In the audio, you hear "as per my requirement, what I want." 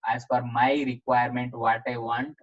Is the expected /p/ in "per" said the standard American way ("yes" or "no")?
no